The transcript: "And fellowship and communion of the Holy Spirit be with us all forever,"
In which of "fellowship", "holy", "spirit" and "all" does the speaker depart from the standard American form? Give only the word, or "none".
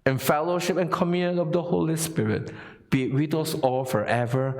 none